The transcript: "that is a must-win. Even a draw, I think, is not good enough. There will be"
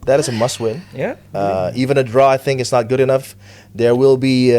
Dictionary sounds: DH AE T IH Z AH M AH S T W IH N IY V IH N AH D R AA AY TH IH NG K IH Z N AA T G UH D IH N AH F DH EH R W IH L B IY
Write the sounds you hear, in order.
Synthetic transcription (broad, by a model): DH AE T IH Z AH M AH S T W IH N IY V IH N AH D R AA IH TH IH NG IH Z N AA T G UH D IH N AH F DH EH R W IH L B IY